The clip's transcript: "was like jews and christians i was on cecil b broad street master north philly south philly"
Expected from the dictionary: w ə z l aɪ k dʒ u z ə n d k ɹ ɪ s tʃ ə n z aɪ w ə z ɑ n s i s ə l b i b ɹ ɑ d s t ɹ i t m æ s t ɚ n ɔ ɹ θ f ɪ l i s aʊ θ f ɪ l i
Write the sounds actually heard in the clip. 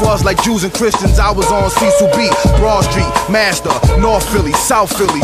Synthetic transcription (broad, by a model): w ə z l aɪ k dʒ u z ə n k ɹ ɪ s tʃ ə n z aɪ w ə z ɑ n s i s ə b i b ɹ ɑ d s t ɹ i t m æ s t ɚ n ɔ ɹ θ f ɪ l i s aʊ θ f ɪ l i